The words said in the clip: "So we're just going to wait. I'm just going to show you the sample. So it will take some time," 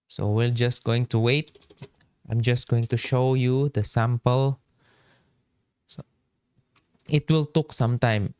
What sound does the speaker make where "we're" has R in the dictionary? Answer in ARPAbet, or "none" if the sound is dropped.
L